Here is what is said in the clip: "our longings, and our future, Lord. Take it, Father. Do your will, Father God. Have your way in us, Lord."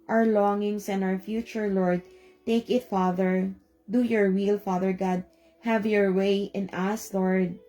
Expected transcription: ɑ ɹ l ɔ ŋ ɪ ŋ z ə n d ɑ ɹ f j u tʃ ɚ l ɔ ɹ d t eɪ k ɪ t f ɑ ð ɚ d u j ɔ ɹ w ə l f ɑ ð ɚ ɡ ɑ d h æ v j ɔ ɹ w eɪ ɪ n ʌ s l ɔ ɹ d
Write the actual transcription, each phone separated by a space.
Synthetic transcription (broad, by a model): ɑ ɹ l ɔ ŋ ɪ ŋ s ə n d ɑ ɹ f j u tʃ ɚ l ɔ ɹ d t eɪ k ɪ t f ɑ ð ɚ d u j ɔ ɹ w ə l f ɑ ð ɚ ɡ ɑ d h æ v j ɔ ɹ w eɪ ɪ n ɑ s l ɔ ɹ d